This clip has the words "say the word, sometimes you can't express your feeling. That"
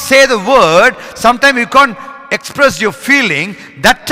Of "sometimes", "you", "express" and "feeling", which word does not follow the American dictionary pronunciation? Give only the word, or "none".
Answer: sometimes